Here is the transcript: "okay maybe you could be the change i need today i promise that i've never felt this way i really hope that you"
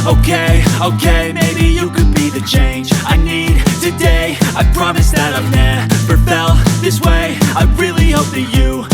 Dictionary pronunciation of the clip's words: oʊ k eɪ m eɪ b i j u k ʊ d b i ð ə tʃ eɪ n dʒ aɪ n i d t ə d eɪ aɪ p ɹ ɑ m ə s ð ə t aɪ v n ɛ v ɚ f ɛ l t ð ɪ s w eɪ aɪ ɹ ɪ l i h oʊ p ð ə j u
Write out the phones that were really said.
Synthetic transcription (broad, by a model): oʊ k eɪ m eɪ b i j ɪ k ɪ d b i ð ə tʃ eɪ n dʒ aɪ n i d t ə d eɪ aɪ p ɹ ɑ m ə s ð ə t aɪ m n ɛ p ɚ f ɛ l ð ɪ s w eɪ aɪ ɹ ɪ l i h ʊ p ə j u